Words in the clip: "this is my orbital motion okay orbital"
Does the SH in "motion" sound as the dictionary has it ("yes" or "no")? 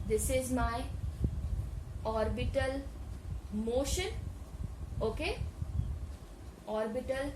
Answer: yes